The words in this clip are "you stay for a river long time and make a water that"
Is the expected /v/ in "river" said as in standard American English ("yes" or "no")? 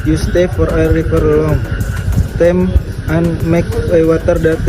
no